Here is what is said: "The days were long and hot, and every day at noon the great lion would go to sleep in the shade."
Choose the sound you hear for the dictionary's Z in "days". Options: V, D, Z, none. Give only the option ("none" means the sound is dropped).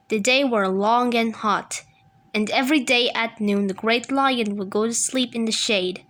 none